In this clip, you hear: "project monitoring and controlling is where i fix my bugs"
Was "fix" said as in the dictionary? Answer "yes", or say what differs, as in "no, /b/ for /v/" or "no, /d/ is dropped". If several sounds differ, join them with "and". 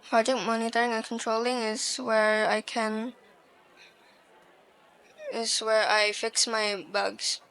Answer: yes